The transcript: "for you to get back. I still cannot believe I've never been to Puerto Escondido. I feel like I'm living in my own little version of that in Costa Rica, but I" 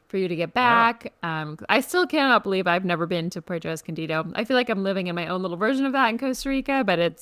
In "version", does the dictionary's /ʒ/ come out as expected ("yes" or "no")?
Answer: yes